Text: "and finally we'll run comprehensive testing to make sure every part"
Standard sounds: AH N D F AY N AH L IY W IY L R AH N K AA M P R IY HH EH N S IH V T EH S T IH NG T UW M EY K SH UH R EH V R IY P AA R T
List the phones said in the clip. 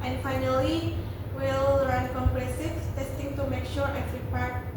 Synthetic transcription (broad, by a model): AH N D F AY N AH L IY W IY L R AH N K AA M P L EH S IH F T EH S T IH NG T UW M EY K SH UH R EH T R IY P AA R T